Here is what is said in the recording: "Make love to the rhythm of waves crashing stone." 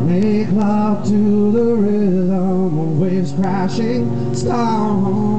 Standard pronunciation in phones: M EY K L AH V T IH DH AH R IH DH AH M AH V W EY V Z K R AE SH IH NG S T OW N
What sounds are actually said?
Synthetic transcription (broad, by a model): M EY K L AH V T IH DH AH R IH AH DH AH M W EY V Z K R AE SH IH NG S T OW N